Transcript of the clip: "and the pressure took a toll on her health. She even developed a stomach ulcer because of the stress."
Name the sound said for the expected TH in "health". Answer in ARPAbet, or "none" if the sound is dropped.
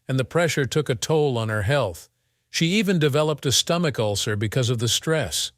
TH